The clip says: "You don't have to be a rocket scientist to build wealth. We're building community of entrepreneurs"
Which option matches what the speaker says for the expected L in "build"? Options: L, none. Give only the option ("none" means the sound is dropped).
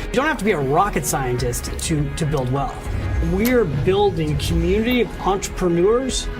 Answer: L